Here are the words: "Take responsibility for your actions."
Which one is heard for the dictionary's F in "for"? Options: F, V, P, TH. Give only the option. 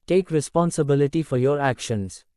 F